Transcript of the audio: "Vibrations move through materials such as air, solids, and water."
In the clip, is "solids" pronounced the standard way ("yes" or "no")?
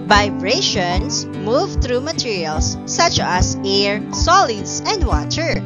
no